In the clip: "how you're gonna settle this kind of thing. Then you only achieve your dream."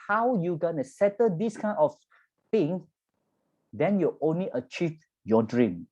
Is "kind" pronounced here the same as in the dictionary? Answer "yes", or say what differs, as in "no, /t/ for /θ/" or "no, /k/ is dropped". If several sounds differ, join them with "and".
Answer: no, /d/ is dropped